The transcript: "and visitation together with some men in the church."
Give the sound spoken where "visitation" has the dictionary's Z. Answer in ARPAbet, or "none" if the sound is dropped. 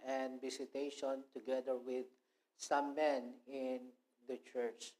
S